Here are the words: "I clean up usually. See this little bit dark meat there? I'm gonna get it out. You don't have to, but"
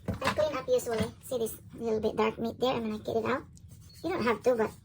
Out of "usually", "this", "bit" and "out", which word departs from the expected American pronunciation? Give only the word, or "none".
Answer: usually